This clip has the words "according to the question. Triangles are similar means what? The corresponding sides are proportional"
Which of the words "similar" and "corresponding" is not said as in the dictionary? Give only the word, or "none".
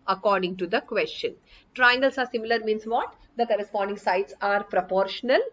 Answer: none